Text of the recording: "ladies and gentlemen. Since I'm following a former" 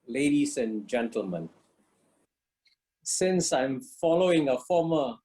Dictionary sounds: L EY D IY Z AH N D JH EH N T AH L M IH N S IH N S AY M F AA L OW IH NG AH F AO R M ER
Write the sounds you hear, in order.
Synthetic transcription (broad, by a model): L EY D IY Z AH N JH EH N T AH L M IH N S IH N S AY M F AA L OW IH NG AH F AO M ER